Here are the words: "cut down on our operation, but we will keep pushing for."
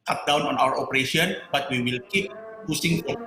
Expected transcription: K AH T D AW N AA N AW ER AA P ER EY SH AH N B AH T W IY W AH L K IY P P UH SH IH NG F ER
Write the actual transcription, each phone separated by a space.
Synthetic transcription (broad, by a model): K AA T D AW N AA N AW ER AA P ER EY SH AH N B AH T W IY W AH L K IY P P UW S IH NG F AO